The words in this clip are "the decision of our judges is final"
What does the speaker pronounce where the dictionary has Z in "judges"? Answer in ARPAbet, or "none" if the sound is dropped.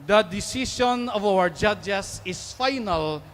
S